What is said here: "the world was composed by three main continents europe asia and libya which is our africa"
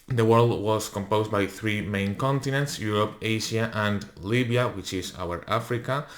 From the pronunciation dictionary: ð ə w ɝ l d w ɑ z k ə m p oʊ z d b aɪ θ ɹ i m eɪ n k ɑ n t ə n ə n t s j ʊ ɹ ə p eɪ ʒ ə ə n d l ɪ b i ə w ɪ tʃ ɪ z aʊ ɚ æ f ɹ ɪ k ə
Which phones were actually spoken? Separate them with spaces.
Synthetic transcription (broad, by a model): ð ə w ɝ l d w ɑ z k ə m p oʊ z b aɪ θ ɹ i m eɪ n k ɑ n t ə n ə n t s j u ɹ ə p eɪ ʃ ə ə n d l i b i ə w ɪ tʃ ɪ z aʊ ɚ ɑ f ɹ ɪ k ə